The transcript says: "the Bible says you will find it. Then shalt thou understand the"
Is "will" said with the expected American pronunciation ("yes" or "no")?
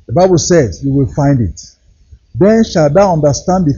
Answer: yes